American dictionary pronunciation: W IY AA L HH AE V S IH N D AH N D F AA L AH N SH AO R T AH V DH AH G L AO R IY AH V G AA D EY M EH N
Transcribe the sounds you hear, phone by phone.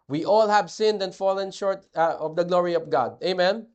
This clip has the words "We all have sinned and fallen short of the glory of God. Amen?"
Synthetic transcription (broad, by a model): W IY AA L HH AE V S IH N D AH N D F AA L AH N SH AO R T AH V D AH G L AO R IY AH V G AA D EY M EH N